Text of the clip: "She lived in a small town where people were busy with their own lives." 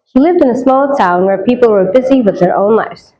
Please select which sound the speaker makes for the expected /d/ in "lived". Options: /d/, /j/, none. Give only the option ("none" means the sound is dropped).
/d/